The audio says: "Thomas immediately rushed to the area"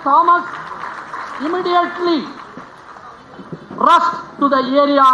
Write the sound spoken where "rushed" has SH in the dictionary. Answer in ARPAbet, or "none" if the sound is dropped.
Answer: S